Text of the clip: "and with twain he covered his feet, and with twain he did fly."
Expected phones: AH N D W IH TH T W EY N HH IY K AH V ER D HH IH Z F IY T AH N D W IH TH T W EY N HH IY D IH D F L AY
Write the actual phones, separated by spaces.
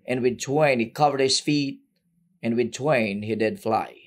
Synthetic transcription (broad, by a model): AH N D W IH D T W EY N HH IY K AH V ER D HH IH S F IY T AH N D W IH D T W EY N HH IY D IH D F L AY